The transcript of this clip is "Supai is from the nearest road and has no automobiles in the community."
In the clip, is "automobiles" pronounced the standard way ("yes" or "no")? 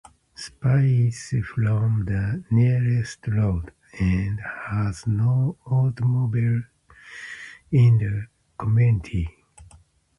no